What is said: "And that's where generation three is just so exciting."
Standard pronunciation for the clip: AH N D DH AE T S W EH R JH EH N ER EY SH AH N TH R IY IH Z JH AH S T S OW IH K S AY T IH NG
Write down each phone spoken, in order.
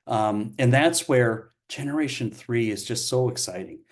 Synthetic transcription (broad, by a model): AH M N DH AE T S W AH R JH EH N ER EY SH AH N TH R IY IH Z JH AH S T S OW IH K S AY T IH NG